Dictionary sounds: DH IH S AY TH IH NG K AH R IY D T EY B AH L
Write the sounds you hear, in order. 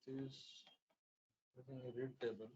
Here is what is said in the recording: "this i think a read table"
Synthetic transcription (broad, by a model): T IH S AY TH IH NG AH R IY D T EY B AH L